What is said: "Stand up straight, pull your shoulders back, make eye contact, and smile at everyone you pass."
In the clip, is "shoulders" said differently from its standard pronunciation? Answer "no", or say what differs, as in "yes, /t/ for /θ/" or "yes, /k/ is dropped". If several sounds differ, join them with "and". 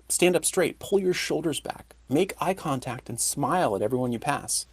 no